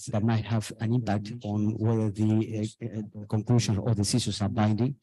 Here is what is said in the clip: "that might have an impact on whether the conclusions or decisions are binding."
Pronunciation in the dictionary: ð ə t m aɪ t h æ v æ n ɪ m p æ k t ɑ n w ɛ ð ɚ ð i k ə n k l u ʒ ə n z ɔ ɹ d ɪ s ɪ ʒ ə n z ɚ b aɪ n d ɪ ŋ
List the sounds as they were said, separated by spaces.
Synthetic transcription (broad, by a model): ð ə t m aɪ t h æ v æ n ɪ m p æ k t ɑ n w ɛ ð ɚ ð i k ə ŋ k l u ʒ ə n ɔ ɹ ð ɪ s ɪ s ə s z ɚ b aɪ n d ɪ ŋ